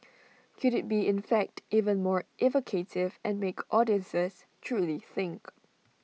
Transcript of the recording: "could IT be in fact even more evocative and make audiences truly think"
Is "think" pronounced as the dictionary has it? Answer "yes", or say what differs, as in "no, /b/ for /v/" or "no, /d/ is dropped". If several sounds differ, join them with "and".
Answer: yes